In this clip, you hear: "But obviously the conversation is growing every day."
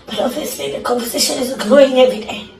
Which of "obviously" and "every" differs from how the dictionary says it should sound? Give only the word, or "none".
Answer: obviously